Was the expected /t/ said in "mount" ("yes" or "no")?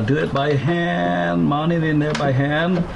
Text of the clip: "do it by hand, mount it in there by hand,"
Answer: no